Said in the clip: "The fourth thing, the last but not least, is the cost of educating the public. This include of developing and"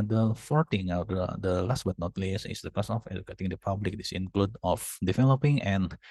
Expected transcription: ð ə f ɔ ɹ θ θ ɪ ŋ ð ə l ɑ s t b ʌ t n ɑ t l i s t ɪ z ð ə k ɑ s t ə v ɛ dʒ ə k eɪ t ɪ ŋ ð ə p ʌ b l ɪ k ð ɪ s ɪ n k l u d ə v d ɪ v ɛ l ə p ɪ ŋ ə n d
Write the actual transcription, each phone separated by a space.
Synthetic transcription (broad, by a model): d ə f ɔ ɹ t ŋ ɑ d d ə l ɑ s t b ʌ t n ɑ t l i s ɪ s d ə k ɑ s ə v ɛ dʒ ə k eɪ t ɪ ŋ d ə p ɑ b l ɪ k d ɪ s ɪ n k l u d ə f d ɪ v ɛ l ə p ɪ ŋ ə n